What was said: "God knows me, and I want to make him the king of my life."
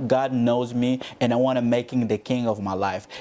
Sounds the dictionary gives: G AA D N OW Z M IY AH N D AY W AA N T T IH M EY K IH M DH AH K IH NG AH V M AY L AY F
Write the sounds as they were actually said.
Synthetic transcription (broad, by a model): G AA D N OW Z M IY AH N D AY W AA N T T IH M EY K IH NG DH AH K IH NG AH V M AY L AY F